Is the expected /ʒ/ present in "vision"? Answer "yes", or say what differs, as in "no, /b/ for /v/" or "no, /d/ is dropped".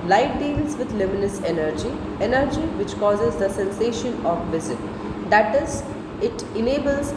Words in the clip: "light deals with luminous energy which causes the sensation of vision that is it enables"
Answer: no, /z/ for /ʒ/